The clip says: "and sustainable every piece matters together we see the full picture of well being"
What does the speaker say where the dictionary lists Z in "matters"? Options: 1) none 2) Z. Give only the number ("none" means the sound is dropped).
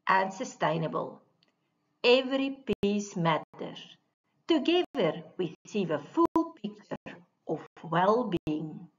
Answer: 1